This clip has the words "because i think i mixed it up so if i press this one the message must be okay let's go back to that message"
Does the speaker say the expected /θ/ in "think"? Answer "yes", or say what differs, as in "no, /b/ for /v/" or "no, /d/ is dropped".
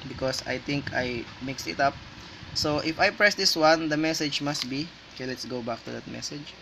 no, /t/ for /θ/